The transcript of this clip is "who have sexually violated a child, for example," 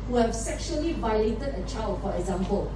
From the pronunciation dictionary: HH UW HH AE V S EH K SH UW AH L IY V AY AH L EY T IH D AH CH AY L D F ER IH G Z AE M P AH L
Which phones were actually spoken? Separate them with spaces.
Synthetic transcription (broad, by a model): HH UW HH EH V S EH K SH UW AH L IY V AY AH L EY T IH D AH CH AY L D F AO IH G Z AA M P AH L